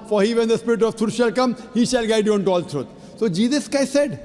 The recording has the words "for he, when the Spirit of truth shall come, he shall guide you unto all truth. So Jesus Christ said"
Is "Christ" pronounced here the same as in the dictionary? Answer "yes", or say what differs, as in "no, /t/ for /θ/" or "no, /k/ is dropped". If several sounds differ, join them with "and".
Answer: no, /ɹ/ is dropped